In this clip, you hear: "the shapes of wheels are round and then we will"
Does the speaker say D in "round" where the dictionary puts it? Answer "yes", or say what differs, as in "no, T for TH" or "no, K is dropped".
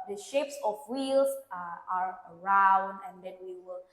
yes